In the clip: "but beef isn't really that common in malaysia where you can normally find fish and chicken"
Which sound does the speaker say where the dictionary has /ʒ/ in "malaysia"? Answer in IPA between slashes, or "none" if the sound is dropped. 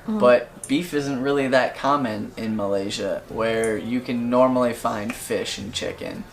/ʒ/